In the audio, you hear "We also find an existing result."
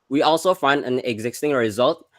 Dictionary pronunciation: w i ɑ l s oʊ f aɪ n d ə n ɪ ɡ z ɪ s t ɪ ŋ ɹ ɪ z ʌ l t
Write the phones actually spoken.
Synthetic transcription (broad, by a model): w i ɑ l s oʊ f aɪ n d ə n ɪ ɡ z ɪ s t ɪ ŋ ɹ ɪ z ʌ l t